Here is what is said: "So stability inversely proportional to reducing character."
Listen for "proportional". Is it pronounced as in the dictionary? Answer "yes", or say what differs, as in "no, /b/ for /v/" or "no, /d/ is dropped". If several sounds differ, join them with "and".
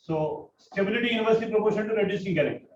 no, /n/ is dropped and /n/ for /l/